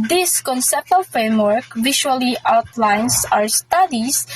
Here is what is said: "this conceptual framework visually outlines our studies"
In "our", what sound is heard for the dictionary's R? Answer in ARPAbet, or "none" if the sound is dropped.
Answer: R